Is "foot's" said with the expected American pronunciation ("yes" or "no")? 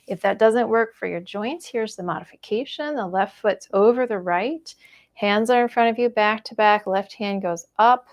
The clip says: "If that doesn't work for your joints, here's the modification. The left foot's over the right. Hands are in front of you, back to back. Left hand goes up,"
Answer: yes